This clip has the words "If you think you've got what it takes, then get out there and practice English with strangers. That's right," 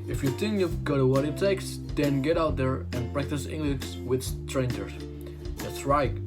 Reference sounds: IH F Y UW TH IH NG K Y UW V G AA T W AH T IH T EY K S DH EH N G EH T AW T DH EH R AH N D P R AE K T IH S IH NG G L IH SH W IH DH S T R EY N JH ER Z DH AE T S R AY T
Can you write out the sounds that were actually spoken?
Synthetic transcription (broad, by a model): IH F Y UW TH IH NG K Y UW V G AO T W AH T IH T EY K S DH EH N G EH T AW T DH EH R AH N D P R AE K T IH S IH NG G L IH S W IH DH S T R EY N JH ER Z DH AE T S R AY T